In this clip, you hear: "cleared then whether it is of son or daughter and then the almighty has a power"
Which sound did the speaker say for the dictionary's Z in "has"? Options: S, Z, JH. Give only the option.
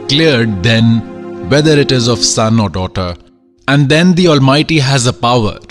Z